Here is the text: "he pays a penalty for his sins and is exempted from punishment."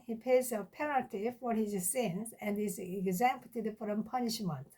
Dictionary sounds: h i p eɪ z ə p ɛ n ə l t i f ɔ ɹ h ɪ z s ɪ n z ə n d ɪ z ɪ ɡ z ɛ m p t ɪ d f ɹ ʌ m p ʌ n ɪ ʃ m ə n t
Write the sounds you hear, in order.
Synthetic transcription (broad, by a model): h i p eɪ z ə p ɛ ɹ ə t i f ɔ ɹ h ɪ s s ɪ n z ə n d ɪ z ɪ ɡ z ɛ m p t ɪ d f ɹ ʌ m p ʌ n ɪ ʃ m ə n t